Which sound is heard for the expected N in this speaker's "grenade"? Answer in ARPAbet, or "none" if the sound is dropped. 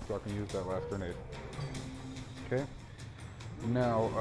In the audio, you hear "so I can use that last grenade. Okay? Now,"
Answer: none